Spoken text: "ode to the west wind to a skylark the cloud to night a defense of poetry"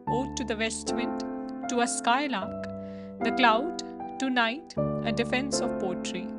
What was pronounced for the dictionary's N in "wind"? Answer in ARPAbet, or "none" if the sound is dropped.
none